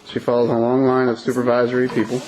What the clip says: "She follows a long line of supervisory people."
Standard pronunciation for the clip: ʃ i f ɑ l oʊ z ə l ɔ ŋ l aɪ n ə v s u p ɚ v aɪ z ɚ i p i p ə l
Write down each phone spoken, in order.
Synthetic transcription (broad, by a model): ʃ i f ɑ l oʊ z ə l ɔ ŋ l aɪ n ə v s u p ɚ v aɪ z ɚ i p i p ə l